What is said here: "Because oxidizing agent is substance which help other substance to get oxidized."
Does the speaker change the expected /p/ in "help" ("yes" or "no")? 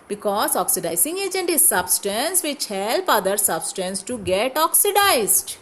no